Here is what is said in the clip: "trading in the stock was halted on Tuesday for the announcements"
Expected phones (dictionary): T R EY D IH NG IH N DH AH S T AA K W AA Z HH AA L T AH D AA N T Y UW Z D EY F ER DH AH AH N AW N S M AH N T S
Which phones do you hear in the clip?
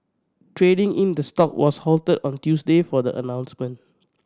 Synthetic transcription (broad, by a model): T R EY D IH NG IH N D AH S T AA K W AA S HH AA L T AH D AA N T Y UW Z D EY F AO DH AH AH N AW N S M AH N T